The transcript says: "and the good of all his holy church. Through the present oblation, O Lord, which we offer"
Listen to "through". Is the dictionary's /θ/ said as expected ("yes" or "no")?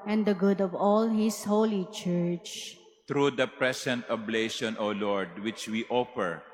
no